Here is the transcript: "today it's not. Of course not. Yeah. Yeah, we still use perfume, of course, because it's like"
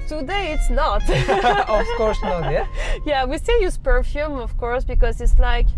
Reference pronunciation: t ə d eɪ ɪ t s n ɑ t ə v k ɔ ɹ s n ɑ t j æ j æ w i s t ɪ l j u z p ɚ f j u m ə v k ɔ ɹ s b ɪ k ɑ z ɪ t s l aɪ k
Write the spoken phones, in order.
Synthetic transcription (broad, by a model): t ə d eɪ ɪ t s n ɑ t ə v k ɔ ɹ s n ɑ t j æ j æ w i s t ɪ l j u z p ɚ f j u m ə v k ɔ ɹ s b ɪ k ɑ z ɪ t s l aɪ k